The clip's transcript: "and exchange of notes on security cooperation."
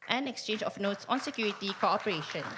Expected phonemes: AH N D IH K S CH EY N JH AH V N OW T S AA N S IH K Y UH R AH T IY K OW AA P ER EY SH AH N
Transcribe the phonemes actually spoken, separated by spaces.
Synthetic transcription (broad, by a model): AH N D IH K S CH EY N JH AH F N OW T S AA N S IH K Y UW R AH T IY K OW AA P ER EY SH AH N